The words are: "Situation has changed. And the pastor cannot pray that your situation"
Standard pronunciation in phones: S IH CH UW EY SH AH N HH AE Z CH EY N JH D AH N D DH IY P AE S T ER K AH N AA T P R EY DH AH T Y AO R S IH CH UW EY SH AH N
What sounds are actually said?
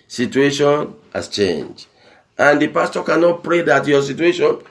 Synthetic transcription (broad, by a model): S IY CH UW EY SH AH N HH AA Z CH EY N JH AH N D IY P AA S T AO K AH N AA T P R EY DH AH T Y AO S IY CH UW EY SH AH N